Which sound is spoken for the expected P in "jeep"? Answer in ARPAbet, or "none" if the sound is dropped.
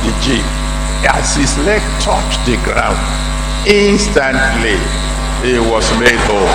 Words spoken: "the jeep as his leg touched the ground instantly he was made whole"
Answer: none